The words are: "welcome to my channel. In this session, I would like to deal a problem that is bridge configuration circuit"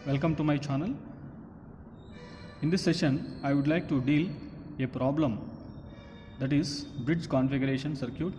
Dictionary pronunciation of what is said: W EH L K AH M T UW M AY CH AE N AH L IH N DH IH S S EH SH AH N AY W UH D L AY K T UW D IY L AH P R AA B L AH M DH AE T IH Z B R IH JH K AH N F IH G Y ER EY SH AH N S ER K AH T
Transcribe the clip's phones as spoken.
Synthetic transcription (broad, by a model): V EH L K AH M T UW M AY CH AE N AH L IH N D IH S S EH SH AH N AY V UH D L AY K T UW D IY L AH P R AA B L AH M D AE T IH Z B R IH JH K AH N F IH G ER EY SH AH N S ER K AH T